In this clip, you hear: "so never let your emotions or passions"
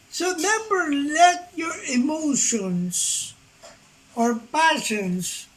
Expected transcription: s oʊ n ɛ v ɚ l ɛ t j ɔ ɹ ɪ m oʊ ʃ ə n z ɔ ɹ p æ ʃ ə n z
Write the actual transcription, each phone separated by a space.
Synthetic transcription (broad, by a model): s oʊ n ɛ b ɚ l ɛ t j ɔ ɹ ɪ m oʊ ʃ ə n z ɔ ɹ p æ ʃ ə n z